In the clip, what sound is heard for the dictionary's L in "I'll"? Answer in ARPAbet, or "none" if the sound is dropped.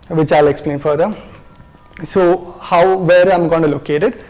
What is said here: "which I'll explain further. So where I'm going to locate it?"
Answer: L